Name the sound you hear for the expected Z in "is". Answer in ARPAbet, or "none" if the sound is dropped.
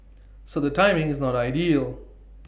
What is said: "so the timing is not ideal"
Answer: Z